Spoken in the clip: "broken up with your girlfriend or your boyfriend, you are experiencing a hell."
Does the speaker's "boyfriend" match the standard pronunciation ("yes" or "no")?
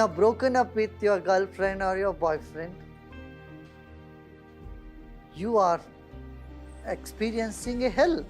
yes